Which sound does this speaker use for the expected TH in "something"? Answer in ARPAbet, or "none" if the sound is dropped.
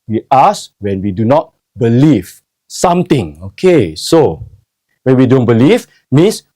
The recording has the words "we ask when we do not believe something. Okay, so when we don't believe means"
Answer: T